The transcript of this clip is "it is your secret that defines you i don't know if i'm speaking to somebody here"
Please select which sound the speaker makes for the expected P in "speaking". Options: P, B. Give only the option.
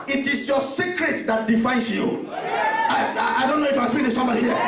B